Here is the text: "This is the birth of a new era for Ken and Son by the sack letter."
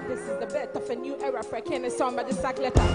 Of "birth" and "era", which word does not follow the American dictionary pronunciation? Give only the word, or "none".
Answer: birth